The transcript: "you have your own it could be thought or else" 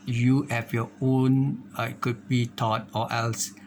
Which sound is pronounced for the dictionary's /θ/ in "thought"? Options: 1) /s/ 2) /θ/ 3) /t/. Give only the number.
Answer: 3